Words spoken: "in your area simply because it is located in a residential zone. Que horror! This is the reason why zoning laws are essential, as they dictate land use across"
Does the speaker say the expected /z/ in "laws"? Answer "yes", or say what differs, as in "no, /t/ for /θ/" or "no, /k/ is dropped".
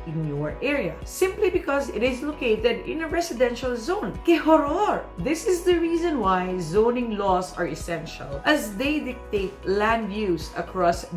no, /s/ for /z/